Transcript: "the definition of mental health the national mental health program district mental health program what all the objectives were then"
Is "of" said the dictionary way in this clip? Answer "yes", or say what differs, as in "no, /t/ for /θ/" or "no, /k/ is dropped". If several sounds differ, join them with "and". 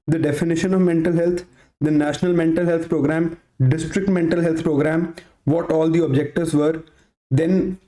yes